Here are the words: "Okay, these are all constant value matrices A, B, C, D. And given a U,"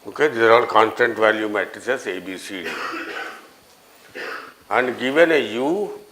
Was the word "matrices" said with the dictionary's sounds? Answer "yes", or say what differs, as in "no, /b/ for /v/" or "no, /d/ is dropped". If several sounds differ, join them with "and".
no, /ɹ/ is dropped